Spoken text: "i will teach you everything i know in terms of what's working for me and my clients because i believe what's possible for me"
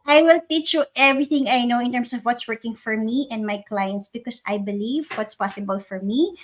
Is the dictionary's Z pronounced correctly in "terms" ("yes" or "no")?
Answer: no